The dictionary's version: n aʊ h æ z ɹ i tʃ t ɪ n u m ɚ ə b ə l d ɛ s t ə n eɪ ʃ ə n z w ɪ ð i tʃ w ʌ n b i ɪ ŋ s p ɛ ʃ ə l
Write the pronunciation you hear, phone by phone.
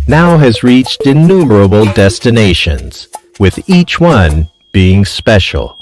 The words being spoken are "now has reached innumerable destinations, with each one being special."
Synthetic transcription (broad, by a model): n aʊ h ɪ z ɹ i tʃ t ɪ n u m ɚ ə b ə l d ɛ s t ə n eɪ ʃ ə n z w ɪ ð i tʃ w ʌ n b i ɪ ŋ s p ɛ ʃ l